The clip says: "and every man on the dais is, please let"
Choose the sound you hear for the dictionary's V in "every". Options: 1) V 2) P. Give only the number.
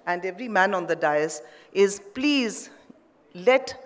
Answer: 1